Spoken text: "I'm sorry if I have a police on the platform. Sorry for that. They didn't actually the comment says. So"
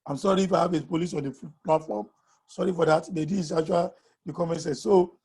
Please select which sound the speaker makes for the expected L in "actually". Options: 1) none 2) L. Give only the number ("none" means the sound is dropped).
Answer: 1